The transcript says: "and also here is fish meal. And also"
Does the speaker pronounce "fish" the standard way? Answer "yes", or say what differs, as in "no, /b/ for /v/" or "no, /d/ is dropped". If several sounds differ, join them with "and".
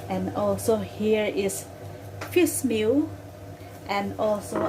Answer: no, /s/ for /ʃ/